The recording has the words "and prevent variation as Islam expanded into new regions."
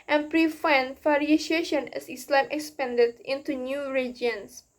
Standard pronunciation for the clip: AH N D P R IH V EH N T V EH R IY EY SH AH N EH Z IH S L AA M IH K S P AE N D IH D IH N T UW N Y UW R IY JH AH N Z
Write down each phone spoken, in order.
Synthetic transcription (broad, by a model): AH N P R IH F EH N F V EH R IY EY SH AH N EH S IH S L AA M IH K S P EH N D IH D IH N T UW N Y UW R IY JH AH N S